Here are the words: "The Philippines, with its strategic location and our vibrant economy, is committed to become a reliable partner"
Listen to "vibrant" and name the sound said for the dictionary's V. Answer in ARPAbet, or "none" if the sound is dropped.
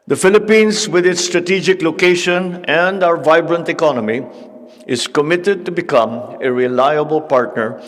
V